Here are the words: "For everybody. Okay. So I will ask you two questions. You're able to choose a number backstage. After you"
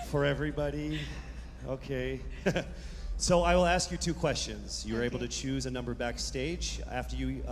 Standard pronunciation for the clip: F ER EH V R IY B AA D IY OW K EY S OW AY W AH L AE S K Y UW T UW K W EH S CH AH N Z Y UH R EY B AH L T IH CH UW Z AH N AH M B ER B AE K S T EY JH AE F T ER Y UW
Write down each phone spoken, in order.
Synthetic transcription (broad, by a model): F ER EH V R IY B AA D IY OW K EY S OW AY W AH L AE S K Y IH T UW K W EH S CH AH N Z Y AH R EY B L T IH CH UW Z AH N AH M B ER B AE K S T EY JH AE F T ER Y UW